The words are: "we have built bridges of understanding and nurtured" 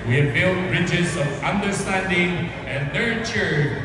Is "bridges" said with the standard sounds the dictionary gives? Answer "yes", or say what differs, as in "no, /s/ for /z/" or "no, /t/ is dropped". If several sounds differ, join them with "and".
yes